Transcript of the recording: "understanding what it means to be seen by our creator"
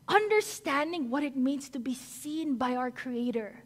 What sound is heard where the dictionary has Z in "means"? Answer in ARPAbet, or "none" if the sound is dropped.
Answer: S